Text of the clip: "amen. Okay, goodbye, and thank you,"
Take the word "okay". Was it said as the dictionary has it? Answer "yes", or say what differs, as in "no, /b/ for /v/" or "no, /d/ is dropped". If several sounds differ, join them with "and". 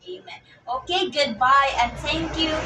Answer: yes